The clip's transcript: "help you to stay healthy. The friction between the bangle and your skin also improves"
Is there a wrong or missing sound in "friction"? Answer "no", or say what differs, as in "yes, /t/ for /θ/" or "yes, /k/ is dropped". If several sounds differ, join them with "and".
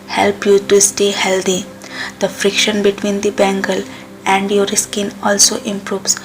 no